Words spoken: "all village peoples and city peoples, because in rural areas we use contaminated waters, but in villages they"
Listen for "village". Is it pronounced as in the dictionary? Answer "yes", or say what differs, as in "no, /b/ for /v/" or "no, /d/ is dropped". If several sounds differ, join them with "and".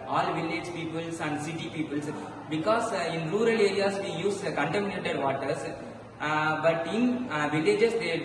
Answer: yes